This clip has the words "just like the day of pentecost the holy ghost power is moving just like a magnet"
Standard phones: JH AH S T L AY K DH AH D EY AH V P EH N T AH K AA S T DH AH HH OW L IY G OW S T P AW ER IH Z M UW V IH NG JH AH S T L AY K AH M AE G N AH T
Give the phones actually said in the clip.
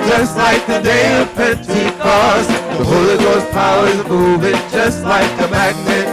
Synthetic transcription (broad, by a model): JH AH S T L AY K DH AH D EY AH V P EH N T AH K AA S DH DH AH HH OW L IY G OW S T P AW ER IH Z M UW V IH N JH AH S T L AY K AH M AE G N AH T